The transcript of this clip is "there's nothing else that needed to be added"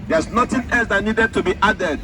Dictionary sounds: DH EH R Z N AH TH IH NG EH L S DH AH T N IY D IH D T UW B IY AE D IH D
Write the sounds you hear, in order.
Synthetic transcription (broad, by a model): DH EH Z N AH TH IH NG EH L S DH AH T N IY D IH D T UW B IY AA D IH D